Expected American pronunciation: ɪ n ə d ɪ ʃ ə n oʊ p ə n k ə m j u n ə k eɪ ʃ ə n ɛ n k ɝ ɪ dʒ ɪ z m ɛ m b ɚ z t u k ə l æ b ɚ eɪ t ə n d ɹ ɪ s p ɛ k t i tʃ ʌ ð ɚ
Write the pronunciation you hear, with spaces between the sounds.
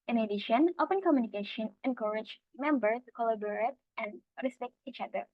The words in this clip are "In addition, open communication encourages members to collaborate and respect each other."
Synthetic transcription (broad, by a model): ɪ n ə d ɪ ʃ ə n oʊ p ə n k ə m j u n ə k eɪ ʃ ə n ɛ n k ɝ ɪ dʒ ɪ m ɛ m b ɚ t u k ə l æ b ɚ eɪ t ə n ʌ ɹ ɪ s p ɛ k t i tʃ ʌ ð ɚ